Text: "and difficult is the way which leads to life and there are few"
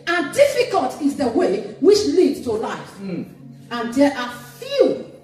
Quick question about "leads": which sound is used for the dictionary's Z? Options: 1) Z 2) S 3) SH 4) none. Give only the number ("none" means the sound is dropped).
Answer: 4